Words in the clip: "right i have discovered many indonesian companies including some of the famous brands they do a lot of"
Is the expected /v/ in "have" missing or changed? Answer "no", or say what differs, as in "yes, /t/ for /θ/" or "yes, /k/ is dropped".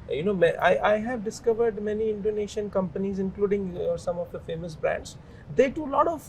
no